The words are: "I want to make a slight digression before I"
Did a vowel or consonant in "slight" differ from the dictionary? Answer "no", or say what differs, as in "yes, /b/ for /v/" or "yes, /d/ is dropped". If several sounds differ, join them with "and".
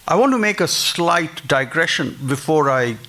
no